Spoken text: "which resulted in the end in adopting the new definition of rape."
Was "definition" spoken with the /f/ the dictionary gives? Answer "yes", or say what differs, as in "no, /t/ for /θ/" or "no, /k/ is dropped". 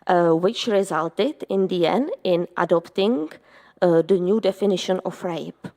yes